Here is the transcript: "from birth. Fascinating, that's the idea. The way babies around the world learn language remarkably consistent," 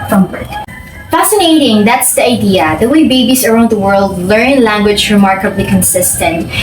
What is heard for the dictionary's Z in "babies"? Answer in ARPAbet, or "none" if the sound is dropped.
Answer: S